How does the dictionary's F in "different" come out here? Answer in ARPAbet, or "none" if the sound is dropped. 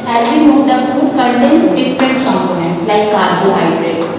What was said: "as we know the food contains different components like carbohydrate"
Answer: P